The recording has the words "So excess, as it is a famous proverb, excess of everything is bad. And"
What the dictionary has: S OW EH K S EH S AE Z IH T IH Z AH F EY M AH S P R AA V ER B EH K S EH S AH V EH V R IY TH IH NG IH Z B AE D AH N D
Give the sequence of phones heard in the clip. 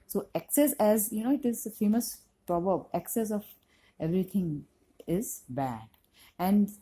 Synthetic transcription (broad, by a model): S OW EH K S EH S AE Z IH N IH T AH F EY M AH S P R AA B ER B EH K S EH S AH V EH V R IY T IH NG IH Z B AE D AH N D